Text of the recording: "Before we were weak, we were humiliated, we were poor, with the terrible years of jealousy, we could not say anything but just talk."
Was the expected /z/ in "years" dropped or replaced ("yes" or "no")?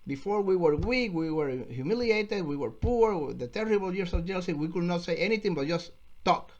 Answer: yes